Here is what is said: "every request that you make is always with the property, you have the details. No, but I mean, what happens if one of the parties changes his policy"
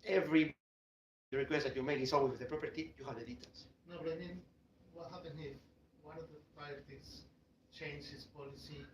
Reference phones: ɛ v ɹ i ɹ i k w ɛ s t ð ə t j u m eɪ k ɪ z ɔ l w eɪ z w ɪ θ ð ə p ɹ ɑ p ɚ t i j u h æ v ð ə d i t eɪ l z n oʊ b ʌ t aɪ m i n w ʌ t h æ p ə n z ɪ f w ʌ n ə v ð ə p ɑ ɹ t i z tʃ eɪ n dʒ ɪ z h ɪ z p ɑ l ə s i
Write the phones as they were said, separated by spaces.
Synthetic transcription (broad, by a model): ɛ v ɹ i ɹ i k w ɛ s t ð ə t j u m eɪ k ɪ s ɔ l w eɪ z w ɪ ð ə p ɹ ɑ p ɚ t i j u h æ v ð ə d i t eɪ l s n oʊ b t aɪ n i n w ʌ t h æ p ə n ɪ w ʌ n ə v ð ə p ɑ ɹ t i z tʃ eɪ n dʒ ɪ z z p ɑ l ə s i